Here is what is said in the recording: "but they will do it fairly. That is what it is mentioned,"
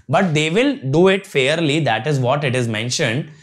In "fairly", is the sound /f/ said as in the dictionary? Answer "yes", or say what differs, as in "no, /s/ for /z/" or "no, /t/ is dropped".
yes